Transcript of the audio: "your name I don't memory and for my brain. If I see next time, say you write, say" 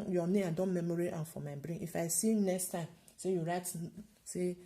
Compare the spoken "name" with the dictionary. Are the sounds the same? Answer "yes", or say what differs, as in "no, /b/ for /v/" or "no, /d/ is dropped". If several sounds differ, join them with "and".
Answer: no, /m/ is dropped